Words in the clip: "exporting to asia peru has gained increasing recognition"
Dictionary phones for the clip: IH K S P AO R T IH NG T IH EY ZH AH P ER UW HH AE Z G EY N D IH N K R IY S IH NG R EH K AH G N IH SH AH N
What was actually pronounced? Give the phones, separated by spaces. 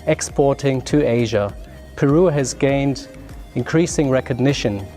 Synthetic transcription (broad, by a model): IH K S P AO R T IH NG T IH EY ZH AH P ER UW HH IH Z G EY N D IH N K R IY S IH NG R EH K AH G N IH SH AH N